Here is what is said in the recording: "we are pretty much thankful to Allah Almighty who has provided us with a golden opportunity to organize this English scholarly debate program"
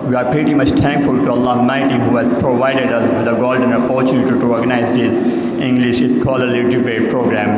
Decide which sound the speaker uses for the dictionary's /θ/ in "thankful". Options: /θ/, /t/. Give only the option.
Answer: /t/